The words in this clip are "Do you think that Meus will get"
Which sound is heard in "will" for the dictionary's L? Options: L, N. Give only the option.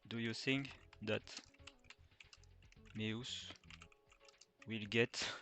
L